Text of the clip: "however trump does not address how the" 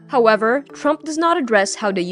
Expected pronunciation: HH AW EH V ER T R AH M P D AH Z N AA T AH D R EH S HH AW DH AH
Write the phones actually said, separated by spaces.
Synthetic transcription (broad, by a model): HH AW EH V ER T R AH M P D AH Z N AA T AH D R EH S HH AW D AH